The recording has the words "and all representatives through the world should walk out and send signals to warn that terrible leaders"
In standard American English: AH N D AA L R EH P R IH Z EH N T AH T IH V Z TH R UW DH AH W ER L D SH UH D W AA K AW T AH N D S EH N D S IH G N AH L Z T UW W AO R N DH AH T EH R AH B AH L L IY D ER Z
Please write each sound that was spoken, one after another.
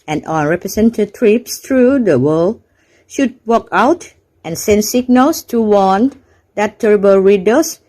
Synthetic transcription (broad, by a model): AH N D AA N R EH P R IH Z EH N T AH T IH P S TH R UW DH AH W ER L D SH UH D W AA K AW T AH N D S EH N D S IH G N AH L S T UW W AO N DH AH T EH R AH B AH L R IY D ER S